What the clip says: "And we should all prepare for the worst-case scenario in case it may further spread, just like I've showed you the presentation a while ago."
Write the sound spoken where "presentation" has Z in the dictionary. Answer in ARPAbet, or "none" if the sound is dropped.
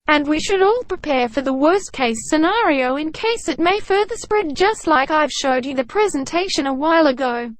Z